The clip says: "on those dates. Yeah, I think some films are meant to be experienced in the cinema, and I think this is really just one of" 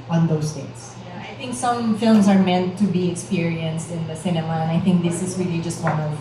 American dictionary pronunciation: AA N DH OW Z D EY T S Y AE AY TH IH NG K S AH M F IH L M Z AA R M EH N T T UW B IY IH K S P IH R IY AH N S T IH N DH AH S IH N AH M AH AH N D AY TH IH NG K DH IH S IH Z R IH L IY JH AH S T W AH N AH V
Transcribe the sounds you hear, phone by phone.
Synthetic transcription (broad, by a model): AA N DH OW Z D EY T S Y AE AY TH IH NG K S AH M F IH L M S AA R M EH N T T UW B IY IH K S P IH R IY AH N S T IH N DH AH S IH N AH M AH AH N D AY TH IH NG K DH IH S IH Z R IH L IY JH AH S T W AH N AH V